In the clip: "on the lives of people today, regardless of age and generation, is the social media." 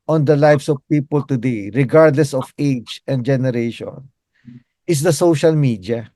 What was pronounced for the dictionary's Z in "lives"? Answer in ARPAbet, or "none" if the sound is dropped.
S